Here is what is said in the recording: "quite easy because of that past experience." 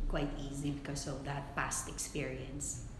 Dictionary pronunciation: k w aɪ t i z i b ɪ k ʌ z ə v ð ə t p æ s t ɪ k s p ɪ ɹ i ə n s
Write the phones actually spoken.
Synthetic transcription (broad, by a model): k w aɪ t i z i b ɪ k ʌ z ə v ð ə t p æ s t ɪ k s p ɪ ɹ i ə n s